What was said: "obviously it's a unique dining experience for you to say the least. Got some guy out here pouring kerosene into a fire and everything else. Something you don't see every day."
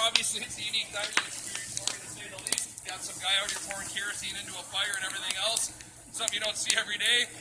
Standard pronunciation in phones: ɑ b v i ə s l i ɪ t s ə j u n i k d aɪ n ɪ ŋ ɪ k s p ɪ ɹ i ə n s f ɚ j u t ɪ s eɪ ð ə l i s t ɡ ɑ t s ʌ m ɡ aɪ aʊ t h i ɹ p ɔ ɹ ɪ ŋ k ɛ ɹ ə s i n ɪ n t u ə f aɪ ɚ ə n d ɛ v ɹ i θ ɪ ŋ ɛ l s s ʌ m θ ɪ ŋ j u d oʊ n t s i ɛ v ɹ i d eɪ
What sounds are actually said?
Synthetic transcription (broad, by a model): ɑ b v i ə s l i ɪ t s ə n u ɪ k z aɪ ɪ ɪ k s p ɪ ɹ i ə n s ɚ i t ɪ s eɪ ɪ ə l i s t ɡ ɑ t s ʌ m ɡ aɪ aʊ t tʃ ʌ ɹ f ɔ ɹ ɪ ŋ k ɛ ɹ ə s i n ɪ n t u ə f aɪ ɚ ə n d ɛ v ɹ i θ ɪ ŋ ɛ l s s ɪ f j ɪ d oʊ n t s i ɛ v ɹ i d eɪ